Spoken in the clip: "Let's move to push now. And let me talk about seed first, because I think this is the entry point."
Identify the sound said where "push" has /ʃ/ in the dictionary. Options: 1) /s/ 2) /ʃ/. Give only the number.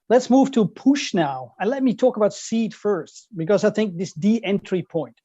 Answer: 2